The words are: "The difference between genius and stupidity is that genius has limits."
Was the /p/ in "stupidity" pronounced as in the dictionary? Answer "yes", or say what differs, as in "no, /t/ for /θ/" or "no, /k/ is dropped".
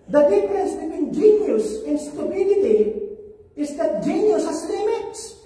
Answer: no, /b/ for /p/